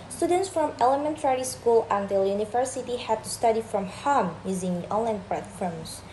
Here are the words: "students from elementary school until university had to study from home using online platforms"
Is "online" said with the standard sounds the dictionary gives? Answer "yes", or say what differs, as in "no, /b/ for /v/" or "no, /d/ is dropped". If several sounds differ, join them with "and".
yes